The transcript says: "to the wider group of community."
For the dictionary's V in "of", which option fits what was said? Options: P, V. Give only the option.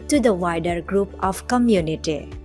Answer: P